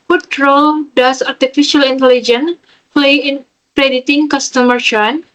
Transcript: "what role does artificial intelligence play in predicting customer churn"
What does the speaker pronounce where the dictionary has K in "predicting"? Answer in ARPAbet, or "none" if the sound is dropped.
none